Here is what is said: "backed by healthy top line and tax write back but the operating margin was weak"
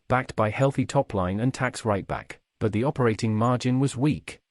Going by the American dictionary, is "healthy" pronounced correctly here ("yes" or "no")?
yes